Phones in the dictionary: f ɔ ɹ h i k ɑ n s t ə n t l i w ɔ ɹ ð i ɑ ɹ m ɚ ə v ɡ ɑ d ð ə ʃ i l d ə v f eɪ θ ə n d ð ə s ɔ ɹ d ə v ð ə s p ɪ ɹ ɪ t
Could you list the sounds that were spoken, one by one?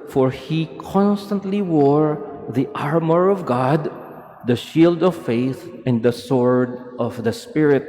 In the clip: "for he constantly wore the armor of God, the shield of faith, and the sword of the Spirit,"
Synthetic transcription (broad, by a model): f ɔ ɹ h i k ɑ n s t ə n t l i w ɔ ɹ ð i ɑ ɹ m ɚ ə v ɡ ɑ d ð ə ʃ i l d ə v f eɪ θ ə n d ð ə s ɔ ɹ d ə v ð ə s p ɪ ɹ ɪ t